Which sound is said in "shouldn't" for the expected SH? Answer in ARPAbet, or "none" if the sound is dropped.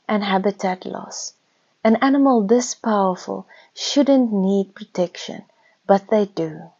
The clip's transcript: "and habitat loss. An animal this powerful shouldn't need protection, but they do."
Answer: SH